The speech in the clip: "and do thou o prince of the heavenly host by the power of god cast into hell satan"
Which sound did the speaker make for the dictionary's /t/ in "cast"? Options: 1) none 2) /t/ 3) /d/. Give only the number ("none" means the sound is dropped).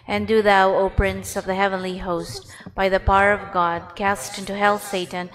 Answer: 2